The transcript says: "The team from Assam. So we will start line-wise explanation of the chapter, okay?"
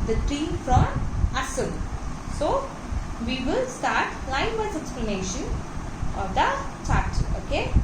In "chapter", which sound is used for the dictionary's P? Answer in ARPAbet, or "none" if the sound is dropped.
none